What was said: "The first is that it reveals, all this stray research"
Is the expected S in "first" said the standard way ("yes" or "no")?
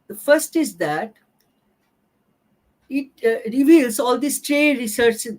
yes